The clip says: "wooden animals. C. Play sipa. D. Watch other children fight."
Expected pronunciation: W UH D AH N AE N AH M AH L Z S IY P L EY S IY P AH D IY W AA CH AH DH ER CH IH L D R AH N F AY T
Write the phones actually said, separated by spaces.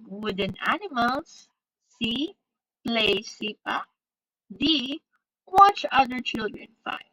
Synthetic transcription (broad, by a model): W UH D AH N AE N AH M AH L S IY P L EY S IY P AH D IY W AA CH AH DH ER CH IH L D R AH N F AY